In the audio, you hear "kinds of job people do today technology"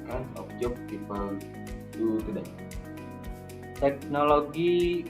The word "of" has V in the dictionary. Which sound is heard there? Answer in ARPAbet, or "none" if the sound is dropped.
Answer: P